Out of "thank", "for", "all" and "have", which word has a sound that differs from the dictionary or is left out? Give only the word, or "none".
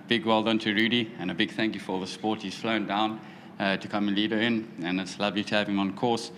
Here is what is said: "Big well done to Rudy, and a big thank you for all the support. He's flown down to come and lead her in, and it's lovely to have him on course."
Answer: none